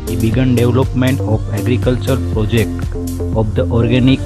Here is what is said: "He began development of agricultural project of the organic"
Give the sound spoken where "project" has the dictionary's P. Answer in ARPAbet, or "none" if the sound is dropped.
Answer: P